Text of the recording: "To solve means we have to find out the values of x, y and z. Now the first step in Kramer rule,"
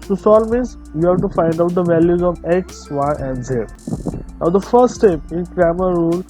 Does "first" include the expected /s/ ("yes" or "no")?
yes